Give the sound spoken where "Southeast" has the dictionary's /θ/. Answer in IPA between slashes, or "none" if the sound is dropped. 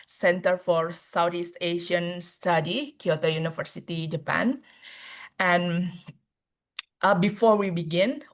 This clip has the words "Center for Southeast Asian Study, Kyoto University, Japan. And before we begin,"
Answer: /t/